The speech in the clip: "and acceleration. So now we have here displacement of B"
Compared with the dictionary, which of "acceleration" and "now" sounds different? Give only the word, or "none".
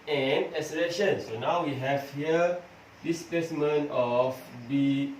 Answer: acceleration